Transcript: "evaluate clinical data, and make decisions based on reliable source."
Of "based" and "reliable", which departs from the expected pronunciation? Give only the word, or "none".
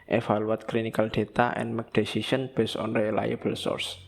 based